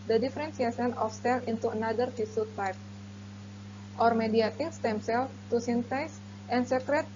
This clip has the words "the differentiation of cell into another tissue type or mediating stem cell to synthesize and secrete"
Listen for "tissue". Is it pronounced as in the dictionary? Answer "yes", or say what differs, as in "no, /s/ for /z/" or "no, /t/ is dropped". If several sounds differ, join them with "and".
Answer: no, /s/ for /ʃ/